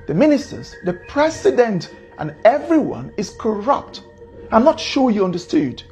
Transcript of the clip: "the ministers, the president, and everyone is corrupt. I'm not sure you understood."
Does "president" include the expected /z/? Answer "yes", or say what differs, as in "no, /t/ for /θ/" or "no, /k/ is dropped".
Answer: no, /s/ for /z/